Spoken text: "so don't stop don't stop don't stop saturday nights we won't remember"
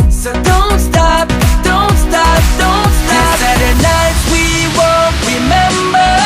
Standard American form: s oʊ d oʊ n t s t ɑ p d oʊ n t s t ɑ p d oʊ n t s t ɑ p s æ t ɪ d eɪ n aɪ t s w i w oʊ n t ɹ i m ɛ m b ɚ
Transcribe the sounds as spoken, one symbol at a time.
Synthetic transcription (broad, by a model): s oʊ d oʊ n t s t ɑ p d oʊ n t s t ɑ p d oʊ n t s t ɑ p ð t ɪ n aɪ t w i w oʊ n t ɹ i m ɛ m b ɚ